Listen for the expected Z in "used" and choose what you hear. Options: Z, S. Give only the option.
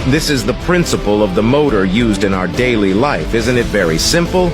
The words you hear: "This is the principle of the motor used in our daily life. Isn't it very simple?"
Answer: Z